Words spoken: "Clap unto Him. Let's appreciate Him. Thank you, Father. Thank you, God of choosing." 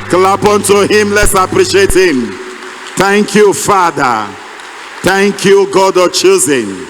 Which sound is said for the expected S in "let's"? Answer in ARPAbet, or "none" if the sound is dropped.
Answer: S